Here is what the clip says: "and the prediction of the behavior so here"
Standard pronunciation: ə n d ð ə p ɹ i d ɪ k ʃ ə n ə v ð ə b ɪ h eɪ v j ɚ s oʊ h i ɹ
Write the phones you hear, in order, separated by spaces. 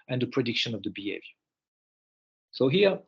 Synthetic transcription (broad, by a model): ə n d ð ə p ɹ i d ɪ k ʃ ə n ə v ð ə b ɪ h eɪ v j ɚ s oʊ h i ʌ